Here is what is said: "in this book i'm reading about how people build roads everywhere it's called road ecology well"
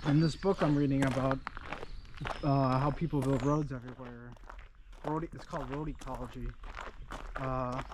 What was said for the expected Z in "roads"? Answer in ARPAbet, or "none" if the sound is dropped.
Z